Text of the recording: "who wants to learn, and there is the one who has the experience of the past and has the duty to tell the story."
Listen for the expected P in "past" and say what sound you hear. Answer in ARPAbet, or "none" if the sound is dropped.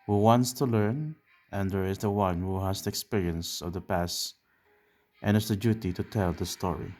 P